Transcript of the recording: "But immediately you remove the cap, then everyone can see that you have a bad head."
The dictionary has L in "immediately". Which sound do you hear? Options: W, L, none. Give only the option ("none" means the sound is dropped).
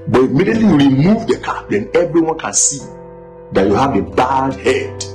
L